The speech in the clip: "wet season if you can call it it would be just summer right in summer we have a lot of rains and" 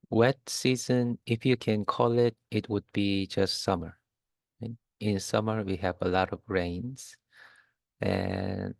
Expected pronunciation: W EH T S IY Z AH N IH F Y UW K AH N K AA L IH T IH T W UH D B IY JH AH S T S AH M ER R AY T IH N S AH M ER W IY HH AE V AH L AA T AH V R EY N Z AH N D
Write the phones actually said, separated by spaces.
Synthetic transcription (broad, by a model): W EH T S IY Z AH N IH F Y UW K AH N K AA L IH T IH T W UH D B IY JH AH S T S AH M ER R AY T IH N S AH M ER W IY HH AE V AH L AA T AH V R EY N Z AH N